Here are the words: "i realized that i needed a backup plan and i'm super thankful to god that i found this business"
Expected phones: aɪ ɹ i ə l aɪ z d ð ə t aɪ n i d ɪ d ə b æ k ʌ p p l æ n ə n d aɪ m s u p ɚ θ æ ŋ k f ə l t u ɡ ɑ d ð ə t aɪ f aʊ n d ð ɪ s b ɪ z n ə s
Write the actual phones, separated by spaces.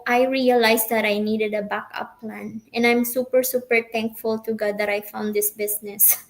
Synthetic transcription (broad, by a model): aɪ ɹ i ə l aɪ s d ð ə t aɪ n i d ɪ d ə b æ k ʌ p p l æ n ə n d aɪ m s u p ɚ s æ ŋ k f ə l t u ɡ ɑ d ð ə t aɪ f aʊ n d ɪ s b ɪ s n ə s